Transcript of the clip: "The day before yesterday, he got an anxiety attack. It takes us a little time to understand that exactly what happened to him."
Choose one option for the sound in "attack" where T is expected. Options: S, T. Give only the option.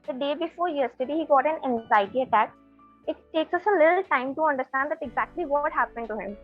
T